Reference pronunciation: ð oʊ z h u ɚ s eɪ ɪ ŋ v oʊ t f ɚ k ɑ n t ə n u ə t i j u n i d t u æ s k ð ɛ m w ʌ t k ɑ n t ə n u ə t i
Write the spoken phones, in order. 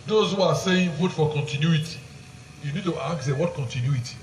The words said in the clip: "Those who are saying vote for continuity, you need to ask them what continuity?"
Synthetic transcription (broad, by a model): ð oʊ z h u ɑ s eɪ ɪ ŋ f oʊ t f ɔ k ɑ n t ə n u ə t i j u n i d t u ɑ k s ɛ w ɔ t k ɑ n t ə n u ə t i